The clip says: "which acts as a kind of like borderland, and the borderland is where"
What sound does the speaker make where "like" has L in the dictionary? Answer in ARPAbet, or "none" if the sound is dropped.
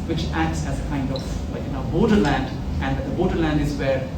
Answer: N